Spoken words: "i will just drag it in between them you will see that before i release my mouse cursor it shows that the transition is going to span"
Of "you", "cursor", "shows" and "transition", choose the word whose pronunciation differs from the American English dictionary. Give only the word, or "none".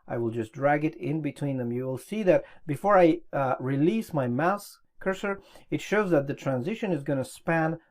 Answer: none